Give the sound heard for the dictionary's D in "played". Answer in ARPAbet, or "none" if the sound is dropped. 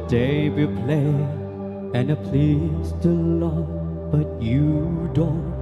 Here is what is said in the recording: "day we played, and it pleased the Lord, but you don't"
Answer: none